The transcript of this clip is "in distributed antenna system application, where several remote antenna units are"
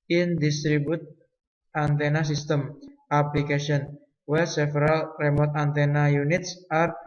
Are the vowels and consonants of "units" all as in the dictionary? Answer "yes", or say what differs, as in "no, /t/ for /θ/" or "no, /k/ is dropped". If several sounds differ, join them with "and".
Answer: yes